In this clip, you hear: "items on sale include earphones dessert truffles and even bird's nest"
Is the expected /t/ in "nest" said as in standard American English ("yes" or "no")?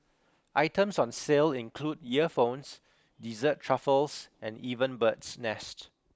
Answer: yes